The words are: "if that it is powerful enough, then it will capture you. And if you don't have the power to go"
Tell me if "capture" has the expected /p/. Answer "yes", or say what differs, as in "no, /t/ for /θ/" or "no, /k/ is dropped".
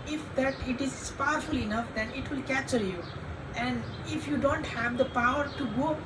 no, /p/ is dropped